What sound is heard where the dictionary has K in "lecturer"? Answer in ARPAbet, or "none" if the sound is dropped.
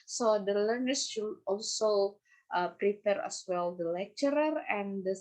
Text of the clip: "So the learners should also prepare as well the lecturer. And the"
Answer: K